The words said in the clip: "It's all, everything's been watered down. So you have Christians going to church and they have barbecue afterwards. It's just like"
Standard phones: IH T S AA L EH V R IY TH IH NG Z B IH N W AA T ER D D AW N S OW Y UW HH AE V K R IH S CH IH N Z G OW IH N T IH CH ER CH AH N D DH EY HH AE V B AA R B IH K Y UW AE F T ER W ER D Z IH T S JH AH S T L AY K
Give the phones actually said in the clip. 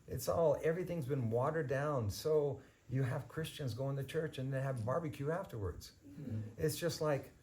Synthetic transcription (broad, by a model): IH T S AA L EH V R IY TH IH NG Z B IH N W AA T ER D D AW N S OW Y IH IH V K R IH S CH IH N Z G OW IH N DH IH CH ER CH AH N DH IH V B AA R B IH K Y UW AE F T ER W ER D Z IH T S JH AH S T L AY K